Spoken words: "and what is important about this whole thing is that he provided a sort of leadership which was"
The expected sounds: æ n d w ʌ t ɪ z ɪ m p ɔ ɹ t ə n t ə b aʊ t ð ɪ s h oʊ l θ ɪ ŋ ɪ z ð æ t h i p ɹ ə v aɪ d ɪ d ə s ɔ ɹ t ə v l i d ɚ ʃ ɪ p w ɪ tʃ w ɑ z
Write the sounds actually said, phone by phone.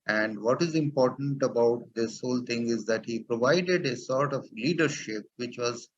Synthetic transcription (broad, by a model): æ n d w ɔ t ɪ z ɪ m p ɔ ɹ t ə n t ə b aʊ t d ɪ s h oʊ l t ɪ ŋ ɪ z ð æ t h i p ɹ ə v aɪ d ɪ d ə s ɔ ɹ t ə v l i d ɚ ʃ ɪ p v ɪ tʃ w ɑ z